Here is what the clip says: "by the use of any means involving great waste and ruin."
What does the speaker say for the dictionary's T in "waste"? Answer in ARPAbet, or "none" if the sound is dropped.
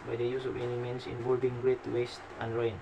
T